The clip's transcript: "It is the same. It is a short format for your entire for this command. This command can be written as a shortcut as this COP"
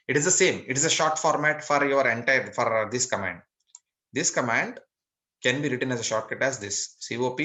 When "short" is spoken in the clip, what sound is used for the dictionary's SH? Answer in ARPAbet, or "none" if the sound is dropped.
SH